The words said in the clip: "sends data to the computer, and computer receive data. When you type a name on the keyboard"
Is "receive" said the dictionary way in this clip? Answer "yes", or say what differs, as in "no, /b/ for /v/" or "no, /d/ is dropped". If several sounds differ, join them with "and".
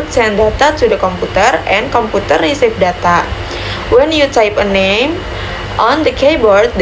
no, /f/ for /v/